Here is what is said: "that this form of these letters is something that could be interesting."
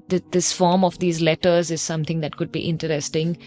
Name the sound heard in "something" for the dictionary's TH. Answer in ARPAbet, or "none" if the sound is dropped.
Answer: T